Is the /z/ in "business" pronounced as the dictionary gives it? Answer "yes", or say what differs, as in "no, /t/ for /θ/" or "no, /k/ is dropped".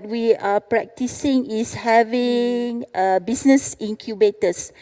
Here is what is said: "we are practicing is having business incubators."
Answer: no, /s/ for /z/